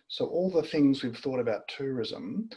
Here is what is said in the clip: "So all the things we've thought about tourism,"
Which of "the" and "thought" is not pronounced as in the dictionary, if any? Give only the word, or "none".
none